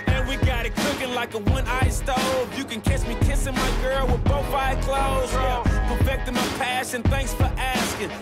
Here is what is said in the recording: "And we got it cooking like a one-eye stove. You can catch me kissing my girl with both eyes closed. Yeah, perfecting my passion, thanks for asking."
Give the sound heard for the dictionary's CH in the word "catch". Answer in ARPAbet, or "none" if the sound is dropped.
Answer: S